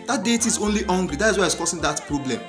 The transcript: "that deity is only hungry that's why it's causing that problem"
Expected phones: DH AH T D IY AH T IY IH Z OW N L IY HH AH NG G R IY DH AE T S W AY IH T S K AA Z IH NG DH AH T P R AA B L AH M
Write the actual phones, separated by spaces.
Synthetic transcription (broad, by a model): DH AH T D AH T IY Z OW N L IY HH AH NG G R IY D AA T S W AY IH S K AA S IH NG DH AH T P R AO B L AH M